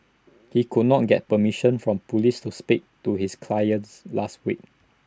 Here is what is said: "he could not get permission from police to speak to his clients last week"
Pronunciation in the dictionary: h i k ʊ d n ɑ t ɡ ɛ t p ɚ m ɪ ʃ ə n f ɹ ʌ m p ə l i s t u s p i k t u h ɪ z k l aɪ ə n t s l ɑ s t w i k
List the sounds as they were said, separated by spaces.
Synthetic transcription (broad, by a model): h i k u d n ɑ t ɡ ɛ t p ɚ m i ʃ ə n f ɹ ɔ m p ə l i s t u s p i k t u h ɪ s k l aɪ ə n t s l ɑ s t w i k